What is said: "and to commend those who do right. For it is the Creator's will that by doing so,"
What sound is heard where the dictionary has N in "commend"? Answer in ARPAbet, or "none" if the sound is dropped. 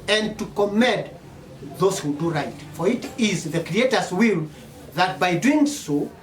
none